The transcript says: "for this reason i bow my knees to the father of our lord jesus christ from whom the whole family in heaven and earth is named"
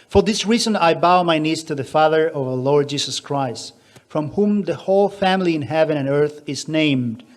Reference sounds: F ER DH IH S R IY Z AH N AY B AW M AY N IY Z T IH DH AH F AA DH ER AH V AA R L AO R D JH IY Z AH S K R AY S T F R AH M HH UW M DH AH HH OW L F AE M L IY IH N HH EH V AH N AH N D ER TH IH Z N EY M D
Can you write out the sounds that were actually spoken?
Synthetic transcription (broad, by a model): F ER DH IH S R IY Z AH N AY B AW M AY N IY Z T IH DH AH F AA DH ER AH V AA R L AO R D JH IY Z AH S K R AY S T F R AH M HH UW M DH AH HH OW L F AE M L IY IH N HH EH V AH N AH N ER TH IH Z N EY M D